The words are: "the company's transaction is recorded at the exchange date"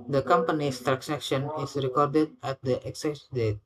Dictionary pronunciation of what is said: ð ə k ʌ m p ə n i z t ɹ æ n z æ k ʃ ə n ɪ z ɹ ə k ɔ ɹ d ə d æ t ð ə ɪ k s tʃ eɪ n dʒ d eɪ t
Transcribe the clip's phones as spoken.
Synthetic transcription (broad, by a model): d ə k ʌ m p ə n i s t ɹ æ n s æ k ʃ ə n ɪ s ɹ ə k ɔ ɹ d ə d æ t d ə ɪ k s eɪ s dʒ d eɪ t